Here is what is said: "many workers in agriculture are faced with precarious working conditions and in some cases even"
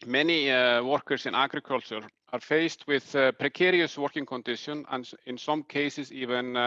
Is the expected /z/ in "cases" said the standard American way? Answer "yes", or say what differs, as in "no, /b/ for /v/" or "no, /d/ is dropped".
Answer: no, /s/ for /z/